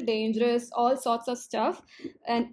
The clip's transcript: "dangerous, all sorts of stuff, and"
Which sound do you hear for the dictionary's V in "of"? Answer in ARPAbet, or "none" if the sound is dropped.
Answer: V